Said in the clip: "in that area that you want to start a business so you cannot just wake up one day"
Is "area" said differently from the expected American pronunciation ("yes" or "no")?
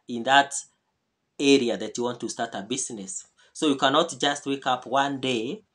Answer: no